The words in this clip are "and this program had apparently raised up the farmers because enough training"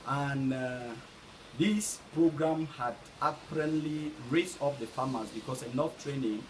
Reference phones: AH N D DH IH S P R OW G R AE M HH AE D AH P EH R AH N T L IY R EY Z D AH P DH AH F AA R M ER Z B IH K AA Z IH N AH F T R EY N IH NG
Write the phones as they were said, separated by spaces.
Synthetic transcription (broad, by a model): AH N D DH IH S P R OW G R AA M HH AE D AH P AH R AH N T L IY R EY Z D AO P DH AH F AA M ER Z B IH K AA S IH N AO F T R EY N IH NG